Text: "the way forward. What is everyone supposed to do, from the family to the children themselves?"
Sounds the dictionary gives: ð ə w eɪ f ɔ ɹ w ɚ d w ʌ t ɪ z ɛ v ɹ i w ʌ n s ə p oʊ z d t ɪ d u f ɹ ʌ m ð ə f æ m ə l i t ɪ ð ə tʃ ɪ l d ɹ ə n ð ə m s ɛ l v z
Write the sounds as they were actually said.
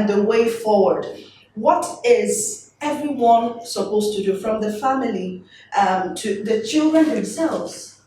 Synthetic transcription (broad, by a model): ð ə w eɪ f ɔ ɹ w ɚ d w ʌ t ɪ z ɛ v ɹ i w ʌ n s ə p oʊ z t ɪ d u f ɹ ʌ m ð ə f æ m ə l i t ɪ ð ə tʃ ɪ l d ɹ ə n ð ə m s ɛ l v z